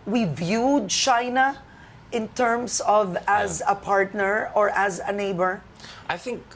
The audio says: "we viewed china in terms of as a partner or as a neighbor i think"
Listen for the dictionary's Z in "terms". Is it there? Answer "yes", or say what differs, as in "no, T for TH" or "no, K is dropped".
no, S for Z